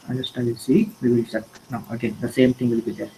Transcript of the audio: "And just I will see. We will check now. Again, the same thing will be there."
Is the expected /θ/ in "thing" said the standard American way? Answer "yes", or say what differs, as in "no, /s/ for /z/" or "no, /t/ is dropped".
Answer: no, /t/ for /θ/